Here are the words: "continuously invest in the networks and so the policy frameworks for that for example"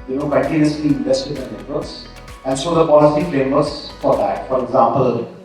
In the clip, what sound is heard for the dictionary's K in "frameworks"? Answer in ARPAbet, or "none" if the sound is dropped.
none